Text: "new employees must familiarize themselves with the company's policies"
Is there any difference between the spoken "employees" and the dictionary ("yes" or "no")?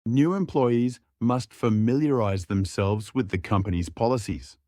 no